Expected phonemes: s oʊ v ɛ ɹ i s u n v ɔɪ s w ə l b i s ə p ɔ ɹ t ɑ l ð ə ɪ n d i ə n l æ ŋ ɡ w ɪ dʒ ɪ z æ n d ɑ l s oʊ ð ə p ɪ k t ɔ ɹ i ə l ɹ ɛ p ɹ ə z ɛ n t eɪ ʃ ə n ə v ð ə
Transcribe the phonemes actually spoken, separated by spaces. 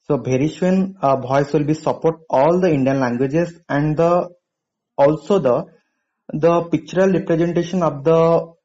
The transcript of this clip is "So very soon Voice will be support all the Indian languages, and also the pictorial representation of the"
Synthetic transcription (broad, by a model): s oʊ b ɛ ɹ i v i n b ɔɪ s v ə l b i s ə p ɔ ɹ t ɑ l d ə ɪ n d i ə n l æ ŋ ɡ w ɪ dʒ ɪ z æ n d ɑ l s oʊ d ə p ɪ k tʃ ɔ ɹ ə l ɹ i p ɹ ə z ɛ n t eɪ ʃ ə n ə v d ə